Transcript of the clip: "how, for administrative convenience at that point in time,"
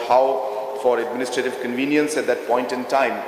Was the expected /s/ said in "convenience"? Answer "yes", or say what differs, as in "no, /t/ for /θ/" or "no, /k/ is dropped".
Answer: yes